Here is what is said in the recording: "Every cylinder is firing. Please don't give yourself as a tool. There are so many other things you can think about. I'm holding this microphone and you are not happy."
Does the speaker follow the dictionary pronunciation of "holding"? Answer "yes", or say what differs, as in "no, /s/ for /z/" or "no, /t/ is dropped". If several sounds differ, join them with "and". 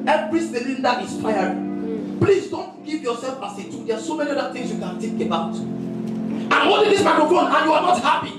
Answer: no, /l/ is dropped